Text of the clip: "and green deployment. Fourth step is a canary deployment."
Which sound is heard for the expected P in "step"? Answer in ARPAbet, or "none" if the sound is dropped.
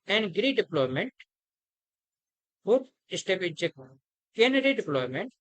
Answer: B